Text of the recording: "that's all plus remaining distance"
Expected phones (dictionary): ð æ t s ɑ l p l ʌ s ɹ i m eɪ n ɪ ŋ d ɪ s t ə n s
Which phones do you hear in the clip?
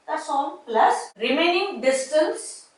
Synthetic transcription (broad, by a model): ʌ s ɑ n p l ʌ s ɹ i m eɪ n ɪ ŋ d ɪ s t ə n s